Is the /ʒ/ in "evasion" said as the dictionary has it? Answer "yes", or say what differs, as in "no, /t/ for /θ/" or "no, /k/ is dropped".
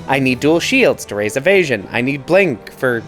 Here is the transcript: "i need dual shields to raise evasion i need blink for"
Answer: yes